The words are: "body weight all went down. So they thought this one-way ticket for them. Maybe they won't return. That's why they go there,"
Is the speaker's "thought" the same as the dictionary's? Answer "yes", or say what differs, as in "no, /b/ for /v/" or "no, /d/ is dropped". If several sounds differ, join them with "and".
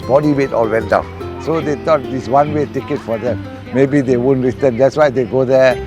no, /t/ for /θ/